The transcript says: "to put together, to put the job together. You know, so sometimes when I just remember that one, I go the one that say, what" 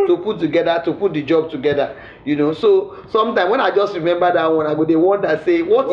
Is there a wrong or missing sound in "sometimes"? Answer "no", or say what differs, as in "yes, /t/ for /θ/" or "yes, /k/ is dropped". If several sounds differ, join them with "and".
yes, /z/ is dropped